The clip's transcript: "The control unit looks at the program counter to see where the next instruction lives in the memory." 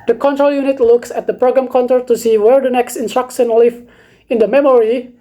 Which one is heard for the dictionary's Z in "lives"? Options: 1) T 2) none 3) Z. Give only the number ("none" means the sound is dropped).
2